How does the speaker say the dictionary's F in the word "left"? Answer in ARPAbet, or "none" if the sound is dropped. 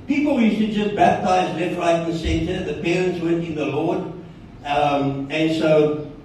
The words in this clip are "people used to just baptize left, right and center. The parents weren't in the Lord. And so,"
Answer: none